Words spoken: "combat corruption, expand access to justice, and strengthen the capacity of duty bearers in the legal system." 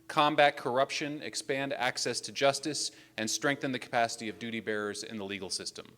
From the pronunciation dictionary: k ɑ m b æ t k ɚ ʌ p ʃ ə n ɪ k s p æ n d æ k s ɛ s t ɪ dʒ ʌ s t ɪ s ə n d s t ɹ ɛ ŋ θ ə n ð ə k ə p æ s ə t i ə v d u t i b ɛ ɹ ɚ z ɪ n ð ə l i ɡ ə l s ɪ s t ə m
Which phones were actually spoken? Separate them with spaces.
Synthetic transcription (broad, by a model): k ɑ m b æ t k ɚ ʌ p ʃ ə n ɪ k s p æ n d æ k s ɛ s t ɪ dʒ ʌ s t ɪ s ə n s t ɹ ɛ ŋ θ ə n ð ə k ə p æ s ə t i ə v d u t i b ɛ ɹ ɚ z ɪ n ð ə l i ɡ l s ɪ s t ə m